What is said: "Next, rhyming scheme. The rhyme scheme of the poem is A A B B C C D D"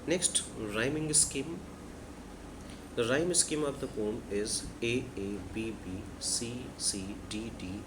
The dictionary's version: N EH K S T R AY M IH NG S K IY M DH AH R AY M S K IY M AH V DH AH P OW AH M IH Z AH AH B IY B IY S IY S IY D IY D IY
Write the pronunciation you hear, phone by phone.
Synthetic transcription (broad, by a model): N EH K S T R AY M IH NG S K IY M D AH R AY M S K IY M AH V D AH F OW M IH Z AH AH B IY B IY S IY S IY D IY D IY